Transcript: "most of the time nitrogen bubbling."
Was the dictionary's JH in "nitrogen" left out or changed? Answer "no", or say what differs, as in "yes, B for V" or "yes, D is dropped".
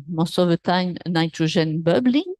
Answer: yes, ZH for JH